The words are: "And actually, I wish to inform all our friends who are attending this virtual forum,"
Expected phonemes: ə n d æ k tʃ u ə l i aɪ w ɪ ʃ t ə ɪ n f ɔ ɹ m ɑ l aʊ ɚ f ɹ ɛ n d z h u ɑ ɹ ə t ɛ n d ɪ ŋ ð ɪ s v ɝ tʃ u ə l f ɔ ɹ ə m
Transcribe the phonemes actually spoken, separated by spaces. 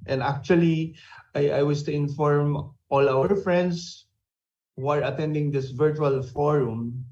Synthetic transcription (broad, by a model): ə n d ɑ k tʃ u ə l i aɪ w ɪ s t ə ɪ n f ɔ ɹ m ɑ l aʊ ɚ f ɹ ɛ n d s h u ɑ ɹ ə t ɛ n d ɪ ŋ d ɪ s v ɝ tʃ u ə l f ɔ ɹ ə m